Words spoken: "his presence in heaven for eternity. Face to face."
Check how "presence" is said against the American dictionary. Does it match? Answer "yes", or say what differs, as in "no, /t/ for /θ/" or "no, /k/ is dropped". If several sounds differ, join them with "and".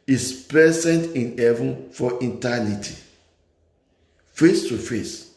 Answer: no, /ɹ/ is dropped